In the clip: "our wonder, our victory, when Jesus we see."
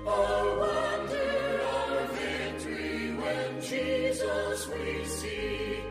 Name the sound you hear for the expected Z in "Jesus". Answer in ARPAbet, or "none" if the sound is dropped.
Z